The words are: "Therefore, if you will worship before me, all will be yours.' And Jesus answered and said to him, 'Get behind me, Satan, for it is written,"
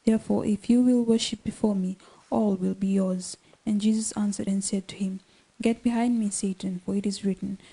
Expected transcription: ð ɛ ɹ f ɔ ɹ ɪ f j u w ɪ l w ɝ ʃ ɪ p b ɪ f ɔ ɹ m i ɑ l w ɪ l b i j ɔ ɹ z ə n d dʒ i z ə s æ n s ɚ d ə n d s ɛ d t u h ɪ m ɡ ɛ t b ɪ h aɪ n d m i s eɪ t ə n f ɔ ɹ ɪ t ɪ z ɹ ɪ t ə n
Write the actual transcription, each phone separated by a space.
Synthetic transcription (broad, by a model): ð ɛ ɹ f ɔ ɹ ɪ f j u w ɪ l w ɝ ʃ ɪ p b ɪ f ɔ ɹ m i ɑ l w ɪ l b i j ɔ ɹ z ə n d dʒ i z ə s æ n s ɚ d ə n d s ɛ d t u h ɪ m ɡ ɛ t b ɪ h aɪ n d m i s eɪ t ə n f ɔ ɹ ɪ t ɪ z ɹ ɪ t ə n